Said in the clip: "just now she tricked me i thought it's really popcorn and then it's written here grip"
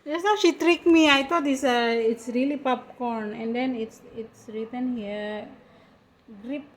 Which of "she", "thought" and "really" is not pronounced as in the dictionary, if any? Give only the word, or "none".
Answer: thought